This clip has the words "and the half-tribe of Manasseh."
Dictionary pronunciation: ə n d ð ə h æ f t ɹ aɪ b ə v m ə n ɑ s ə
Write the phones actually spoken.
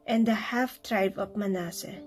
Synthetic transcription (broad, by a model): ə n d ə h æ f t ɹ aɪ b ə p m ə n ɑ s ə